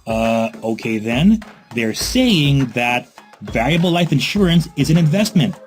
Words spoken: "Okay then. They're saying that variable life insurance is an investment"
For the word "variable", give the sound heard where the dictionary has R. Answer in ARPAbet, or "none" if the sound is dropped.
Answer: L